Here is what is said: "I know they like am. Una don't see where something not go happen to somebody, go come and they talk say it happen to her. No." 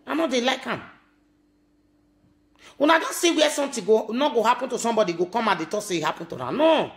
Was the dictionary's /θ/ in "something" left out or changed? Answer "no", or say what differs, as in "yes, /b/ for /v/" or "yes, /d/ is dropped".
yes, /t/ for /θ/